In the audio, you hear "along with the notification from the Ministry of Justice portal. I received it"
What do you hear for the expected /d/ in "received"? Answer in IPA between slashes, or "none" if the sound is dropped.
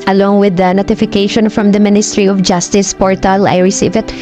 none